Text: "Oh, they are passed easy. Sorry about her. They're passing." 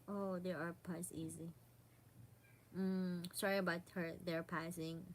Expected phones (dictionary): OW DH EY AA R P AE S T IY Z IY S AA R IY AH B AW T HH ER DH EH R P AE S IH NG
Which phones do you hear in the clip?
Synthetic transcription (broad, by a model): OW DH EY AA R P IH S IY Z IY S AA R IY AH B AW T HH ER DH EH R P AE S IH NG